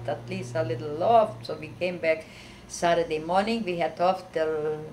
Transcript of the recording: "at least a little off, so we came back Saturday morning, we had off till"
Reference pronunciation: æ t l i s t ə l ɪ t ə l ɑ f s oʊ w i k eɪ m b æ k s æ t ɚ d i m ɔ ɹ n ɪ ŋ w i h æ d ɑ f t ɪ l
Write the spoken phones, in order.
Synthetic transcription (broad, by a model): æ t l i s t ə l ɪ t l l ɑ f s oʊ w i k eɪ m b æ k s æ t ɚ d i m ɔ ɹ n ɪ ŋ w i h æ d ɑ f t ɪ